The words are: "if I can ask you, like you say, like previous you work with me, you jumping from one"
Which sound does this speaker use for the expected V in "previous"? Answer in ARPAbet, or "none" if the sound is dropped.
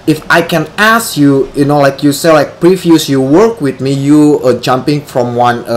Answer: F